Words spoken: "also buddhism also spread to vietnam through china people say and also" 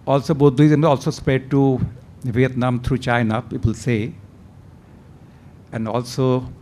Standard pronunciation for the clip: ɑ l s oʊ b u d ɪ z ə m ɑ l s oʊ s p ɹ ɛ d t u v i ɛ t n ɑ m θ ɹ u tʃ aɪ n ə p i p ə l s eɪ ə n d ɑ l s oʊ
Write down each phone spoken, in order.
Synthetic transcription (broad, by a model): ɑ l s oʊ b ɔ d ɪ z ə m ɑ l s oʊ s p ɹ ɛ d t u v i ɛ t n ɑ m t ɹ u tʃ aɪ n ə p i p ə l s eɪ ə n d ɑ l s oʊ